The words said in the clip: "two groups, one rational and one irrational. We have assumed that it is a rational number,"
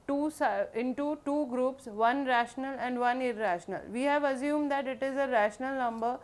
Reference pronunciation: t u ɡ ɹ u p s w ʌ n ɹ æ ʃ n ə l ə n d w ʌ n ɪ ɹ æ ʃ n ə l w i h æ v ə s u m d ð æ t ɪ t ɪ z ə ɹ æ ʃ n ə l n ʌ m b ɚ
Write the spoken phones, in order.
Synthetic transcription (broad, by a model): t u ɡ ɹ u p s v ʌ n ɹ æ ʃ n ə l ə n d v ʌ n ɪ ɹ æ ʃ n ə l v i h æ v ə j u m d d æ t ɪ t ɪ z ə ɹ æ ʃ n ə l n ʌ m b ɚ